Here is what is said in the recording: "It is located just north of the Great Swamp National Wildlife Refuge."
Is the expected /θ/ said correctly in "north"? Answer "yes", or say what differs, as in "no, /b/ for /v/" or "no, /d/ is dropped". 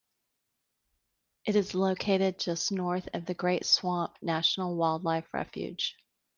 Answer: yes